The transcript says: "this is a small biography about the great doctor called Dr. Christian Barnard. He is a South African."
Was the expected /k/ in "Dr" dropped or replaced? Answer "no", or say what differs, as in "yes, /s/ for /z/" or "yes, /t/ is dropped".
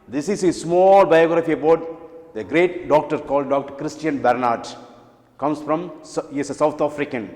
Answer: no